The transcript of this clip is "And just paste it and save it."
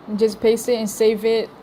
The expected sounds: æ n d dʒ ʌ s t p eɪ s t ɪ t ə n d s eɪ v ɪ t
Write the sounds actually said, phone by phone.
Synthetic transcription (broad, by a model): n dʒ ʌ s p eɪ s ɪ t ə n s eɪ v ɪ t